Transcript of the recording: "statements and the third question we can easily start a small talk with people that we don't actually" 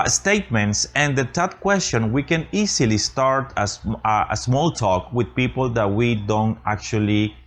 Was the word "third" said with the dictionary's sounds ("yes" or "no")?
no